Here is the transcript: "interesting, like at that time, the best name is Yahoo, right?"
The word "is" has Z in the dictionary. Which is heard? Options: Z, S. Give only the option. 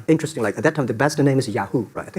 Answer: Z